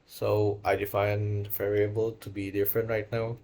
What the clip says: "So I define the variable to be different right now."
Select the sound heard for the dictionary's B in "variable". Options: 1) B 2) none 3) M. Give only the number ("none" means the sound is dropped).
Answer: 1